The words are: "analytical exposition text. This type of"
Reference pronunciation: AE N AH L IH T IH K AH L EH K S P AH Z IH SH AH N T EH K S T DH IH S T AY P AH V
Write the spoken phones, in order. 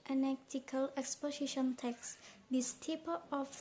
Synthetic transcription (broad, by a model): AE N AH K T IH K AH L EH K S P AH S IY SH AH N T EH K S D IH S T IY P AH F